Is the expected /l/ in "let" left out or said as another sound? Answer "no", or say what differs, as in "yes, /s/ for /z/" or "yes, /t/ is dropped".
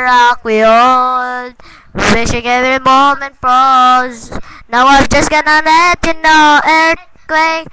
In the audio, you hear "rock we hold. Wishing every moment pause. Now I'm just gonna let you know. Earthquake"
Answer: yes, /n/ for /l/